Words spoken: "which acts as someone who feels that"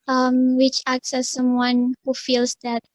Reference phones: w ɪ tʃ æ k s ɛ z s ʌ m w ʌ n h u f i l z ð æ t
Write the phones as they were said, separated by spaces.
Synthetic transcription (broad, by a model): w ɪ tʃ æ k s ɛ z s ʌ m w ʌ n h u f i l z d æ t